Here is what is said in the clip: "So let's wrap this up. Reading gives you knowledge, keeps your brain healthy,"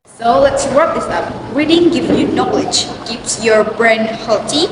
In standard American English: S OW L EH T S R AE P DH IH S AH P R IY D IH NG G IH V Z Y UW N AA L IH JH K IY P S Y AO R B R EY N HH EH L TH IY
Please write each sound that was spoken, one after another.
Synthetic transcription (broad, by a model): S OW L EH T S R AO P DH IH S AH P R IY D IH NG G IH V Y UW N AA L IH JH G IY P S Y AO R B R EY N HH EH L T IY